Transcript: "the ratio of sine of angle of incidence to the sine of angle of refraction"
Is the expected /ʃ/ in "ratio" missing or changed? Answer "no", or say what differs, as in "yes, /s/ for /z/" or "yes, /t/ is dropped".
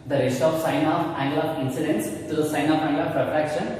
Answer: yes, /s/ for /ʃ/